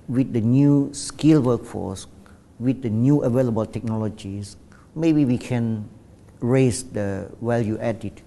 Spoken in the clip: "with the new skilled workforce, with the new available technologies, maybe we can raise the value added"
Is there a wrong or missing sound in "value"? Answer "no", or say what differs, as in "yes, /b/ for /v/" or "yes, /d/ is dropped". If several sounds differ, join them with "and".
yes, /w/ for /v/